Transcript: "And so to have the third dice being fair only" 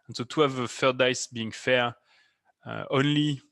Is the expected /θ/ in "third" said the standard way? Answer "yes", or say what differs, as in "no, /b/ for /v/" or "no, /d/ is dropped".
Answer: no, /f/ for /θ/